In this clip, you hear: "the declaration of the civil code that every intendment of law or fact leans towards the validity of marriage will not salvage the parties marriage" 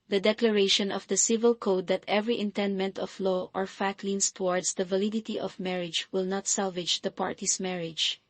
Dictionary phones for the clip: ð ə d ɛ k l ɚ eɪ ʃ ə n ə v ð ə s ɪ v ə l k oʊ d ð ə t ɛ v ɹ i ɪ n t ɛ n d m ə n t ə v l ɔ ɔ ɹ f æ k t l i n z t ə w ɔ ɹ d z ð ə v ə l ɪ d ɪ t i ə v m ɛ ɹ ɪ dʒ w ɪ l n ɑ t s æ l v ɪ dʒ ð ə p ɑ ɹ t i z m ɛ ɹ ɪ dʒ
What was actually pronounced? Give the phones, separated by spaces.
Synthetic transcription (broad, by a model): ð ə d ɛ k l ɚ eɪ ʃ ə n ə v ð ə s ɪ v ə l k oʊ d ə t ɛ v ɹ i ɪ n t ɛ n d m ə n t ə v l ɔ ɔ ɹ f æ k t l i n s t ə w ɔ ɹ d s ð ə v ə l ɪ d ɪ t i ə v m ɛ ɹ ɪ dʒ w ɪ l n ɑ t s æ l v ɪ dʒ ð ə p ɑ ɹ t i s m ɛ ɹ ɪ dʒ